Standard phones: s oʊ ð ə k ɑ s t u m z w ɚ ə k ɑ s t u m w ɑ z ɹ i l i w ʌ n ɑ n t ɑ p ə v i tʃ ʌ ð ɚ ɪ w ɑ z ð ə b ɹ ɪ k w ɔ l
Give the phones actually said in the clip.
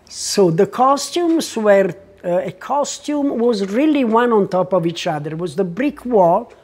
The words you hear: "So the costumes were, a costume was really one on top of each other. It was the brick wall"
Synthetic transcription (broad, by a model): s oʊ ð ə k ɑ s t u m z w ɚ ə k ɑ s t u m w ɑ z ɹ i l i w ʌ n ɑ n t ɑ p ə v i tʃ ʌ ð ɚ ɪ w ɑ z ð ə b ɹ ɪ k w ɔ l